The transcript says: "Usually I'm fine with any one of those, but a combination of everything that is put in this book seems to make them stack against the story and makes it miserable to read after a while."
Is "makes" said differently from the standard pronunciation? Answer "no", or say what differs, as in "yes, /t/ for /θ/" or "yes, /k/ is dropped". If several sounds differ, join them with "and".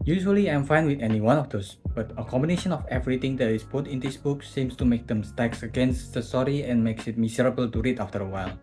no